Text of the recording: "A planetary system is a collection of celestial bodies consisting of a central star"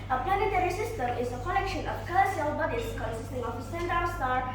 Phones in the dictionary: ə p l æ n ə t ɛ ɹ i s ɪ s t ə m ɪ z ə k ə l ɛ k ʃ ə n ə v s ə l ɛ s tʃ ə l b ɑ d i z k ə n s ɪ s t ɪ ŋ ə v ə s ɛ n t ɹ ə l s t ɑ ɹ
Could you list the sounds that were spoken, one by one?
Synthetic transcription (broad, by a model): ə p l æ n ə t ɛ ɹ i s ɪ s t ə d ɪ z ə k ə l ɛ k ʃ ə n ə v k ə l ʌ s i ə l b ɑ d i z k ə n s ɪ s t ɪ ŋ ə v ə s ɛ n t ə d s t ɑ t